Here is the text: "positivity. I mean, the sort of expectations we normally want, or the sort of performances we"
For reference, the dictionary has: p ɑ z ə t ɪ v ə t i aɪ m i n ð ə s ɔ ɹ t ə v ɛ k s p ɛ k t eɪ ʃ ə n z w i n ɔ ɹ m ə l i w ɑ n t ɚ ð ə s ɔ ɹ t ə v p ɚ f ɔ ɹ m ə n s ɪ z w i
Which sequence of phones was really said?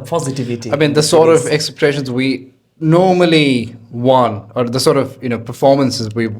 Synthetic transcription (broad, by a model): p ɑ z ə t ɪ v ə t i aɪ m i n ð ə s ɔ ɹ t ə v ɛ k s ɛ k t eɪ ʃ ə n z w i n ɔ ɹ m ə l i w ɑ n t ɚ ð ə s ɔ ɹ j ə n p ɚ f ɔ ɹ m ə n s ɪ z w i